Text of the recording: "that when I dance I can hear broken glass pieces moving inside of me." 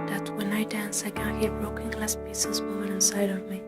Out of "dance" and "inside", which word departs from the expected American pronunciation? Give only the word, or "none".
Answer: none